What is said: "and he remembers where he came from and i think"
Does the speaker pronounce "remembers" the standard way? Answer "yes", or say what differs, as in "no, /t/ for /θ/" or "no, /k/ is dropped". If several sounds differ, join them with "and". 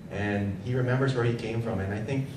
yes